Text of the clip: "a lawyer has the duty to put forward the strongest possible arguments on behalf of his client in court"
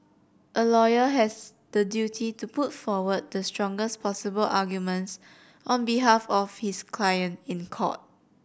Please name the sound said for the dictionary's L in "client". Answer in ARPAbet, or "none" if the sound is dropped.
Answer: L